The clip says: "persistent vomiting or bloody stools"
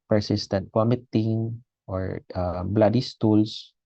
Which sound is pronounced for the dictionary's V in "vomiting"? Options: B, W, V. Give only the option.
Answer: W